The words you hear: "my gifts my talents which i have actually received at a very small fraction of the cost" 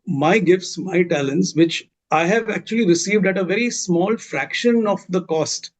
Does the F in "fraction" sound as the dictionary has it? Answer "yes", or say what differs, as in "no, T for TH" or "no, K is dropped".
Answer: yes